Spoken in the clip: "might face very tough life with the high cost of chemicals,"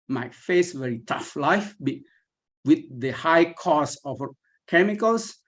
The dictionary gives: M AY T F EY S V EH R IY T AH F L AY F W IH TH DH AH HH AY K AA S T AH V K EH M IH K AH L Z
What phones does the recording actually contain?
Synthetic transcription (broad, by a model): M AY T F EY S V EH R IY T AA F L AY F W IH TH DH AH HH AY K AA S AH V K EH M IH K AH L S